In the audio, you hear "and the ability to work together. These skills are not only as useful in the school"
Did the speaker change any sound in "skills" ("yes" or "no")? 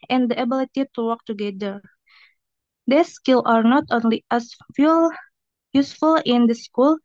yes